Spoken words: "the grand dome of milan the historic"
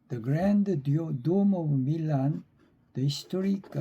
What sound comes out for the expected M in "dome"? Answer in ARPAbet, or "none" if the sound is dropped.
M